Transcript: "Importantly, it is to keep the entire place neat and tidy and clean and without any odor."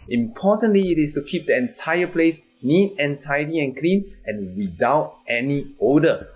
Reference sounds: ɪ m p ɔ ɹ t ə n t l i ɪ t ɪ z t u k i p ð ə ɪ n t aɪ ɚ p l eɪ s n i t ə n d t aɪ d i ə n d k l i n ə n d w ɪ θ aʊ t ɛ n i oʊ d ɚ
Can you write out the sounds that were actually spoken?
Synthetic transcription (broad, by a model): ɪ m p ɔ t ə n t l i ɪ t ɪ s t u k i p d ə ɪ n t aɪ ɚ p l eɪ s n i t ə n t aɪ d i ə n k l i n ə n w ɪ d aʊ t ɛ n i oʊ d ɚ